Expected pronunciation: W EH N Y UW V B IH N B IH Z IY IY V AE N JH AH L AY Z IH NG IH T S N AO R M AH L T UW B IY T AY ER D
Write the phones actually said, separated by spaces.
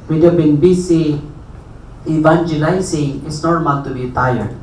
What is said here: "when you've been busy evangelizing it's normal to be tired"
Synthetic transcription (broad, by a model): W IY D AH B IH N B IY S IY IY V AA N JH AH L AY S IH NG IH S N AO R M AH L T UW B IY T AY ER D